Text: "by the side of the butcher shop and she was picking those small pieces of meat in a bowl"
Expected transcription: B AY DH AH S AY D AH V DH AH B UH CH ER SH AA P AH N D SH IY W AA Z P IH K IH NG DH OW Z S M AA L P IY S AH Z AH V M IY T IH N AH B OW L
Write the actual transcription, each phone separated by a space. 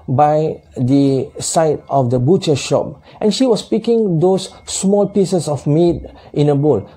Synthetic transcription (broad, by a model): B AY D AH S AY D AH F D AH B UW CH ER SH AA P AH N SH IY W AA S P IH K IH NG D OW S M AA L P IY S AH S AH F M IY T IH N AH B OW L